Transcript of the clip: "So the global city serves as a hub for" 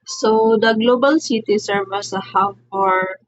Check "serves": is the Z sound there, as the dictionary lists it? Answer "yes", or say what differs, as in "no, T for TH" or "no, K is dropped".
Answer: no, Z is dropped